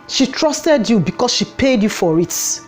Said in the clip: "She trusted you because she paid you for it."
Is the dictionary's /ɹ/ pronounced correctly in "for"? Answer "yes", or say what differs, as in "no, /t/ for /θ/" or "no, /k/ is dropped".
yes